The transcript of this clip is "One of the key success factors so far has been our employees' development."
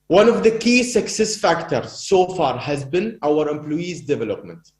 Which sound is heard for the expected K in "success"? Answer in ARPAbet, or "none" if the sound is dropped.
K